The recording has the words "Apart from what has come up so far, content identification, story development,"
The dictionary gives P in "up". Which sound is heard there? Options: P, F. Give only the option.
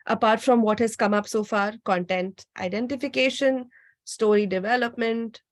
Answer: P